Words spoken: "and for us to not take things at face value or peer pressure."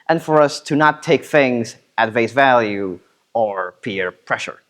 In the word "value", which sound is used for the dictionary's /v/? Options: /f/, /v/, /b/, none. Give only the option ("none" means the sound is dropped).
/v/